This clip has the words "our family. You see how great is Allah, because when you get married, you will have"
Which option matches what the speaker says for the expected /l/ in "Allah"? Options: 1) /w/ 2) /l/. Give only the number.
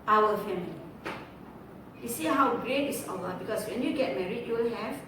1